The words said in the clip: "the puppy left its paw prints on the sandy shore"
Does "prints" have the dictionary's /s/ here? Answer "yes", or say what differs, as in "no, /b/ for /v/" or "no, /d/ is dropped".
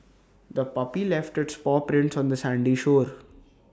yes